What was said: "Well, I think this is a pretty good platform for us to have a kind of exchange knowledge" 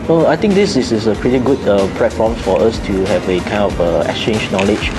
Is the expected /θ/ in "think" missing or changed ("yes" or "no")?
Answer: yes